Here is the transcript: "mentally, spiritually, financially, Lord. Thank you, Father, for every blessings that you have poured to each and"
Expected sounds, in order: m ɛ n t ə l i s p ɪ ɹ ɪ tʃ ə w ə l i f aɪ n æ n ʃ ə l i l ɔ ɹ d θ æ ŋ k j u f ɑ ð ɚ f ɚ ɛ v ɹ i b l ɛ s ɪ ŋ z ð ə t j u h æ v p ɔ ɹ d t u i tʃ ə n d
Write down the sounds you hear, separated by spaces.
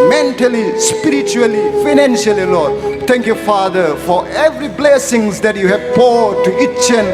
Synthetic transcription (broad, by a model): m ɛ n t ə l i s p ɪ ɹ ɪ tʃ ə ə l i f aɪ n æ n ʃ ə l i l ɔ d t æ ŋ k j u f ɑ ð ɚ f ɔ ɛ v ɹ i b l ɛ s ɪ ŋ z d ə t j u h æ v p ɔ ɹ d t u i tʃ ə n